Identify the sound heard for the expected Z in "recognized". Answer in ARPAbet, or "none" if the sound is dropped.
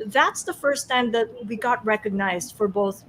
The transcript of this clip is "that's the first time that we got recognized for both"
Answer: Z